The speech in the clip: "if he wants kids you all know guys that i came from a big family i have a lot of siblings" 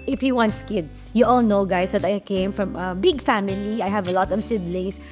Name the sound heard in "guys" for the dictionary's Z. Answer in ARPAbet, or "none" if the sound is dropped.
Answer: S